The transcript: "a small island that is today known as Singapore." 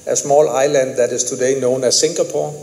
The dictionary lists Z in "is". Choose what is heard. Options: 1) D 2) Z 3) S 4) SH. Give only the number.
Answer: 3